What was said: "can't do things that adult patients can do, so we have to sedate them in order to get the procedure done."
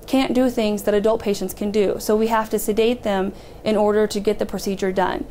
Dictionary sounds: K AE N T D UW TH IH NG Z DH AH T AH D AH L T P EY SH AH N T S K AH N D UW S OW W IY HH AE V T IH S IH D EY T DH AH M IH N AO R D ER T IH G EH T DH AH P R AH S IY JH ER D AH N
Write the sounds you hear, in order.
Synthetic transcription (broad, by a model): K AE N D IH TH IH NG Z DH AH T AH D AH L T P EY SH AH N T S K AH N D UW S OW W IY HH AE F T IH S IH D EY T DH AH M IH N AO R D ER T IH G EH T DH AH P R AH S IY JH ER D AH N